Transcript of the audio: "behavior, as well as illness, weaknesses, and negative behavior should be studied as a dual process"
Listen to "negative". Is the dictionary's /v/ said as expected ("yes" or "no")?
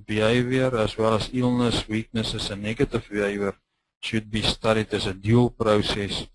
no